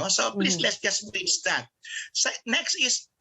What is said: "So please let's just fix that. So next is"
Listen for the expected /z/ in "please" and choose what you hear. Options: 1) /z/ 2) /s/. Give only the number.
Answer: 2